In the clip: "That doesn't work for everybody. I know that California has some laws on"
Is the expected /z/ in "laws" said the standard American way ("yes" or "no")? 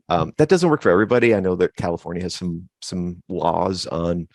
yes